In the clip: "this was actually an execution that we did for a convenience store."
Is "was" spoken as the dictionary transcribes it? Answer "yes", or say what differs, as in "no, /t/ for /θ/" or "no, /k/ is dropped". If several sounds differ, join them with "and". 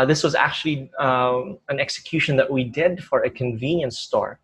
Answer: yes